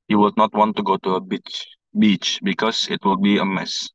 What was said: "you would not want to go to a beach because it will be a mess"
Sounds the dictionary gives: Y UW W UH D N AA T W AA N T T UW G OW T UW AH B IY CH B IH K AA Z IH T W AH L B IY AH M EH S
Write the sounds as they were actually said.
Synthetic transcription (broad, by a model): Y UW W UH D N AA T W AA N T T UW G OW T UW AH B IY CH B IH K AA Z IH T W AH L B IY AH M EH S